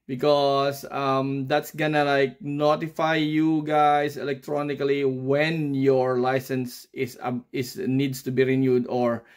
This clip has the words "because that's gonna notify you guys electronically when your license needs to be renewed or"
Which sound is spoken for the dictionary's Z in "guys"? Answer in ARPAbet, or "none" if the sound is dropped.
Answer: S